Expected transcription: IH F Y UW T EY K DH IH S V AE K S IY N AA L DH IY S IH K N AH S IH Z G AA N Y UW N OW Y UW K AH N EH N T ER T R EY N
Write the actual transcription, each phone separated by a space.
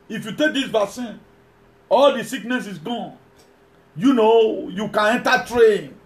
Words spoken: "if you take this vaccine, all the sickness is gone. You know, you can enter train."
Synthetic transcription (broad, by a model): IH F Y UW T EY K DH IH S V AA S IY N AA L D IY S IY K N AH S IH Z G AA N Y UW N OW Y UW K AH N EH N T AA T R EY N